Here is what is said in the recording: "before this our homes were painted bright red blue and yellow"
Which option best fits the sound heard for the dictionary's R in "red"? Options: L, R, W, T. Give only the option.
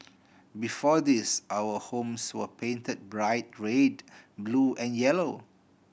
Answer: R